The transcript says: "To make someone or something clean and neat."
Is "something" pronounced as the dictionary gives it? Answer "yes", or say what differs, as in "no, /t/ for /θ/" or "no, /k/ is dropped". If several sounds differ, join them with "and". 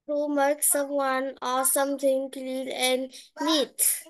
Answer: no, /t/ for /θ/